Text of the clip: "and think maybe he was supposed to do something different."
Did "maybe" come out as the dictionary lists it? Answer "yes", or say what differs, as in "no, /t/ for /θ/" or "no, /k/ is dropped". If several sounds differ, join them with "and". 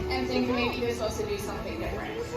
no, /b/ is dropped